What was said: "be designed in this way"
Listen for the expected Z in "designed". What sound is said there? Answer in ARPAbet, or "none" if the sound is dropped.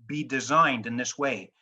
Z